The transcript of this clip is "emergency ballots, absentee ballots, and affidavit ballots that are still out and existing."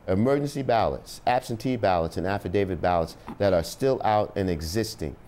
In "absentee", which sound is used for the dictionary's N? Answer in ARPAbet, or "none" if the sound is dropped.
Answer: N